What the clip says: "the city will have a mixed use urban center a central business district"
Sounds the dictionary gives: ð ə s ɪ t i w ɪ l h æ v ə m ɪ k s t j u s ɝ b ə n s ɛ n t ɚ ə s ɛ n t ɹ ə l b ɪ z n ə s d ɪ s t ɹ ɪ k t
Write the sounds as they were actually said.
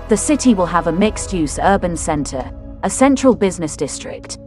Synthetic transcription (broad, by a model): ð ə s ɪ t i w ɪ l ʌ v ə m ɪ k s t j u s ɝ b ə n s ɛ n t ɚ ə s ɛ n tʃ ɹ ə l b ɪ z n ə s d ɪ s t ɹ ɪ k t